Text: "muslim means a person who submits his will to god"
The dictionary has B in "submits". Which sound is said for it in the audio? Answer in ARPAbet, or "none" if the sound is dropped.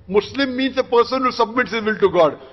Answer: B